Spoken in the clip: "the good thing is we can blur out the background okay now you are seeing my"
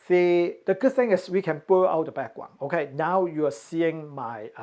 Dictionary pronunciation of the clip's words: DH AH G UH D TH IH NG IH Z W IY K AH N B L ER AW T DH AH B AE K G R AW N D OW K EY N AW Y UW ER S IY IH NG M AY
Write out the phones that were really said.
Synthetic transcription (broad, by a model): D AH G UH D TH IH NG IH S W IY K AH N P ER AW T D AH B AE K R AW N OW K EY N AW Y UW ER S IY IH NG M AY